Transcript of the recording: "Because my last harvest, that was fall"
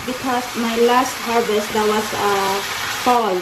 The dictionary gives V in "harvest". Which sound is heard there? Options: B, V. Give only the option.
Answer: B